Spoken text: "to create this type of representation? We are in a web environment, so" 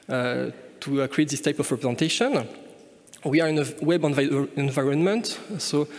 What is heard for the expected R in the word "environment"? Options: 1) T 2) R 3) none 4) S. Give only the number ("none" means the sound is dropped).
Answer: 2